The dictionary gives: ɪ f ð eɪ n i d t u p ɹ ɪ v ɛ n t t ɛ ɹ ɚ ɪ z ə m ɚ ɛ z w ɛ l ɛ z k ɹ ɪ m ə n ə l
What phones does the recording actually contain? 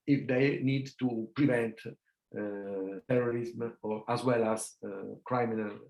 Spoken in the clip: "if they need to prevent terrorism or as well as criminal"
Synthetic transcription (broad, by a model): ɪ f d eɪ n i d t u p ɹ ɪ v ɛ n t t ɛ ɹ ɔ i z m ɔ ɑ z w ɛ l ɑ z k ɹ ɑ m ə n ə l